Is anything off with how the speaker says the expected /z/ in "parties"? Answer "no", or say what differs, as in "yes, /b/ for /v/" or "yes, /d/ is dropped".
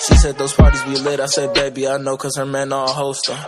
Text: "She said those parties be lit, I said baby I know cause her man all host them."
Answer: no